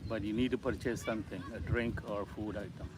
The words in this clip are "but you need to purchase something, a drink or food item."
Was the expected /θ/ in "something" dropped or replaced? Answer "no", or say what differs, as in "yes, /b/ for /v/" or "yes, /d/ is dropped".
yes, /t/ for /θ/